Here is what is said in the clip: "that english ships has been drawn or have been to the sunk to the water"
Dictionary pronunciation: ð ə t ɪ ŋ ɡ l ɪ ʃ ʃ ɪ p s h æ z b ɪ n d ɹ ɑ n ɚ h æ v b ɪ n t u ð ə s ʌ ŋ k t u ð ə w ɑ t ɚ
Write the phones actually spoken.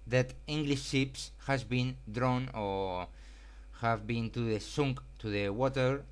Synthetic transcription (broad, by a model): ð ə t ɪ ŋ ɡ l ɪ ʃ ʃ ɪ p s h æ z b ɪ n d ɹ ɑ n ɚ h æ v b ɪ n t u ð ə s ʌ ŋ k t u ð ə w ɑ t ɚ